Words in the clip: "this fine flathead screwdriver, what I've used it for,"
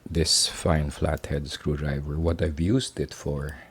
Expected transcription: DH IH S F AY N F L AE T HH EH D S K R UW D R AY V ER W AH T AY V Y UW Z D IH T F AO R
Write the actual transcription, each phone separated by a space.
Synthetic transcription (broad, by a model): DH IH S F AY N F L AE T HH EH D S K R UW D R AY V ER W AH T AY V Y UW S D IH T F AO R